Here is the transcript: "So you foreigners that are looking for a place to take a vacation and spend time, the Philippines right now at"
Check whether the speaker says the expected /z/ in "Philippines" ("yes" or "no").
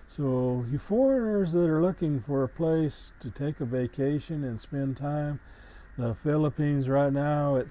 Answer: yes